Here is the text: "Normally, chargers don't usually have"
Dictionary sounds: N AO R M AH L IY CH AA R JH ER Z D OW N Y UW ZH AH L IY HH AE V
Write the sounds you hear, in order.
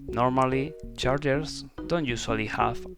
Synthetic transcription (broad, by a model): N AO R M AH L IY CH AA R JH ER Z D OW N Y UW S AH L IY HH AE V